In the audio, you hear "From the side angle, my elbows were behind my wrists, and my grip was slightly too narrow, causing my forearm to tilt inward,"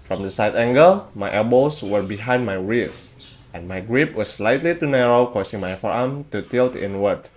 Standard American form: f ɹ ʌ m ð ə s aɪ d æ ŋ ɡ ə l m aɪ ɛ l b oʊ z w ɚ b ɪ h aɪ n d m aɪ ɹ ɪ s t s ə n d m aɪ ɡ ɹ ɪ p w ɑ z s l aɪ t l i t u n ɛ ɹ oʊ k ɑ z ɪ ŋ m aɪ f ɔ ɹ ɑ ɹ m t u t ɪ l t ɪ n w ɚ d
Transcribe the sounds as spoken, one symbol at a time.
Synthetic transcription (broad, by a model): f ɹ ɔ m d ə s aɪ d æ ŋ ɡ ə l m aɪ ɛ b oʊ s w ɚ b ɪ h aɪ n d m aɪ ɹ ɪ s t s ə n m aɪ ɡ ɹ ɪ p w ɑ s l aɪ t l i t u n ɛ ɹ oʊ k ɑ s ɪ ŋ m aɪ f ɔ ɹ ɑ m t u t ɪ l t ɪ n w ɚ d